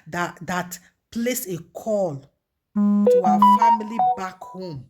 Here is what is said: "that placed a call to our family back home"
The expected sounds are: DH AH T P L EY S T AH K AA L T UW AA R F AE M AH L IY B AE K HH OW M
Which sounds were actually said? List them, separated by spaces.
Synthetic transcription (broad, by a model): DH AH T P L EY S AH K AA L T UW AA F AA M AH L IY B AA K HH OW M